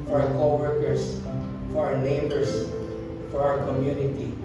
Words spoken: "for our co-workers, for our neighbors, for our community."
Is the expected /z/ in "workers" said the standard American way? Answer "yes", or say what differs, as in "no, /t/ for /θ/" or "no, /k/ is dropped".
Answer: no, /s/ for /z/